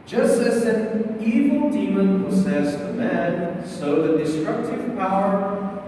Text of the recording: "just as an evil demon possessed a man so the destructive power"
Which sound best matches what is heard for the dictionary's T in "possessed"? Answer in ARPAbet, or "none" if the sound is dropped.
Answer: none